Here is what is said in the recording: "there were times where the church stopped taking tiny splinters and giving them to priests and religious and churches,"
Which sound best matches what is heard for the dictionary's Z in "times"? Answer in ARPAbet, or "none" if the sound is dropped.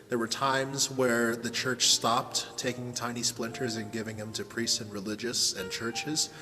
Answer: Z